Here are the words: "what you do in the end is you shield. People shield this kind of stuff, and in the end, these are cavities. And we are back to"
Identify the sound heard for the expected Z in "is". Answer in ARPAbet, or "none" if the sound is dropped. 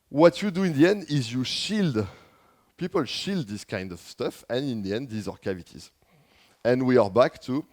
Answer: Z